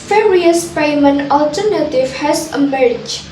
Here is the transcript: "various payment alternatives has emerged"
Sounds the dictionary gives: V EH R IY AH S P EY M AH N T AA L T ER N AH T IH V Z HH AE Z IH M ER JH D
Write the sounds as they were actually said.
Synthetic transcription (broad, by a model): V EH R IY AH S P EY M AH N AA L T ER N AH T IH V HH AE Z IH M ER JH